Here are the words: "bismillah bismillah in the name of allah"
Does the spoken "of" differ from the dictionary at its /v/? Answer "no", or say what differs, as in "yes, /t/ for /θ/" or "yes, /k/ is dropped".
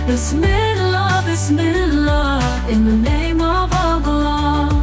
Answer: no